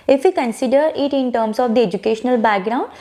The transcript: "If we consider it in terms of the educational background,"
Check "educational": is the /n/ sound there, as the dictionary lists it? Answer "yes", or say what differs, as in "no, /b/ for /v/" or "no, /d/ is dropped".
yes